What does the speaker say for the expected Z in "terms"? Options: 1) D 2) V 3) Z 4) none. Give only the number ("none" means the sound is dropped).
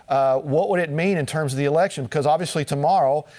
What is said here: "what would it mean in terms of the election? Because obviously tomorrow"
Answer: 3